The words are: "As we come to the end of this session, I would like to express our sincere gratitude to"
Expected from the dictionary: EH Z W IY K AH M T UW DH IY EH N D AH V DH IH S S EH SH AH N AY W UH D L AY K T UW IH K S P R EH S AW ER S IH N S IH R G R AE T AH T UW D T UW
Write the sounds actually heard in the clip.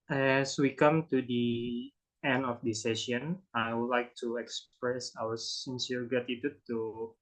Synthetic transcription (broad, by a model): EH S W IY K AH M T UW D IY EH N D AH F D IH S S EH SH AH N AY W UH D L AY K T UW IH K S P R EH S AW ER S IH N S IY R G AA T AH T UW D T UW